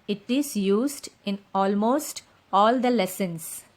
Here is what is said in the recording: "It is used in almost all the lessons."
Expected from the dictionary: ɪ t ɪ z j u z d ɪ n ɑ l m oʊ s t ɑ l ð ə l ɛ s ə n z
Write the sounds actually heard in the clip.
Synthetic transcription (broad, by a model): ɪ t ɪ z j u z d ɪ n ɑ l m oʊ s t ɑ l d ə l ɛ s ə n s